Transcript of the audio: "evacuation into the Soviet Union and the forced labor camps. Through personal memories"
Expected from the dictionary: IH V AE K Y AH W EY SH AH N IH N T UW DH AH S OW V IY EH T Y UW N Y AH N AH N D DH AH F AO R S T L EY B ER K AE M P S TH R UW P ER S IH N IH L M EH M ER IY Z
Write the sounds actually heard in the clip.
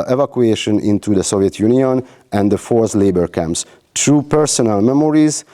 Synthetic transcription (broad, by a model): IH V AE K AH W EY SH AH N IH N T UW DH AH S OW V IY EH T Y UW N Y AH N AH N D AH F AO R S L EY B ER K AE M P S T R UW P ER S IH N IH L M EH M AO IY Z